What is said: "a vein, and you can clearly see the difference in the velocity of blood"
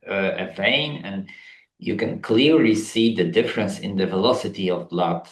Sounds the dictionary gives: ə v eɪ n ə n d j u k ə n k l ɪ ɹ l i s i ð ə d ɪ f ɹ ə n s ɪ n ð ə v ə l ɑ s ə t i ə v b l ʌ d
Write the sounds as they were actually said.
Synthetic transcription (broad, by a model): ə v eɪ n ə n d j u k ə n k l ɪ ɹ l i s i ð ə d ɪ f ɹ ə n s ɪ n ð ə v ə l ɑ s ə t i ə v l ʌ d